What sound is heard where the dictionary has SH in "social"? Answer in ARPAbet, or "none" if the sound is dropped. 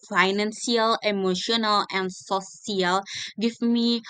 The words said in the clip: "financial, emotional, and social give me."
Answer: none